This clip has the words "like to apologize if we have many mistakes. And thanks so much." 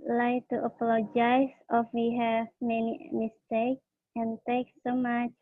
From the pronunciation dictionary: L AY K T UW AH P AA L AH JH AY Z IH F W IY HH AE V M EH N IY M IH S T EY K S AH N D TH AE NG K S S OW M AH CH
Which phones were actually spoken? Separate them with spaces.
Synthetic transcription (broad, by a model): L AY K T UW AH P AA L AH JH AY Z IH F W IY HH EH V M EH N IY M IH S T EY K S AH N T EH K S S OW M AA CH